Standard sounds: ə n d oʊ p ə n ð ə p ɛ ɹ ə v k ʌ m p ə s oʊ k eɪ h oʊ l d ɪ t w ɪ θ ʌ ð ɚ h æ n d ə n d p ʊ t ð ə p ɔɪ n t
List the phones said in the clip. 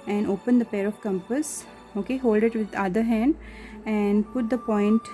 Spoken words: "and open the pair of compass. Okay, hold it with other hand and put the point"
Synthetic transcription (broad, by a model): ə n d oʊ p ə n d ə p ɛ ɹ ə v k ʌ m p ə s oʊ k eɪ h oʊ l d ɪ t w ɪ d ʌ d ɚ h æ n d ə n d p ʊ t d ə p ɔɪ n t